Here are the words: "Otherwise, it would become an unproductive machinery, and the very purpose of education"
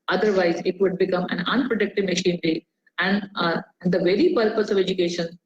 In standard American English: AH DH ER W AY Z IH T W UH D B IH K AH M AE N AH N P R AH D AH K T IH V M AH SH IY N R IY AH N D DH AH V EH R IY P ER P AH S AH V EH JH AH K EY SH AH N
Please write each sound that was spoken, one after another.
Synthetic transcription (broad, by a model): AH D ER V AY Z IH T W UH D B IH K AH M AE N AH N P R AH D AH K T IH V M AH SH IY N R IY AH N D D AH V EH R IY P ER P AH S AH V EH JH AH K EY SH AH N